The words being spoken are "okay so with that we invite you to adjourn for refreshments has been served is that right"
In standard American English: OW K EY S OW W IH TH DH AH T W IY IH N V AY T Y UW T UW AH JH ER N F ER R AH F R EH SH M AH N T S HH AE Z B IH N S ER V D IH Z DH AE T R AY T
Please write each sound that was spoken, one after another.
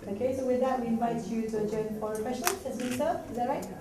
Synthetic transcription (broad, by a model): OW K EY S OW W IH DH AH T W IY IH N V AY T Y UW T UW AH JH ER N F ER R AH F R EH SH AH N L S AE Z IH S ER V IH Z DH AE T R AY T